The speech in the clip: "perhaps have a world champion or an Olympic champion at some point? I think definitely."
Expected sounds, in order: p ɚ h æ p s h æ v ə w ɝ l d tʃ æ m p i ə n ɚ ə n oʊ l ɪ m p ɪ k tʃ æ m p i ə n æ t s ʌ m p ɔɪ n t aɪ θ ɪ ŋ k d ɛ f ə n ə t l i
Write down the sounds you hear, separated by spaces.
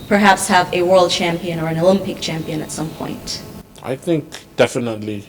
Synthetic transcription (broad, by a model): p ɚ h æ p s h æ v ə w ɝ l d tʃ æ m p i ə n ɚ ə n oʊ l ɪ m p ɪ k tʃ æ m p i ə n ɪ t s ʌ m p ɔɪ n t aɪ θ ɪ ŋ k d ɛ f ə n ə t l i